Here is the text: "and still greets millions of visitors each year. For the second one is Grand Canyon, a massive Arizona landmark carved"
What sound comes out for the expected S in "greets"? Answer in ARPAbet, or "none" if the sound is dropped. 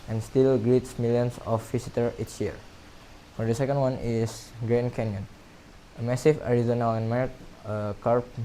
S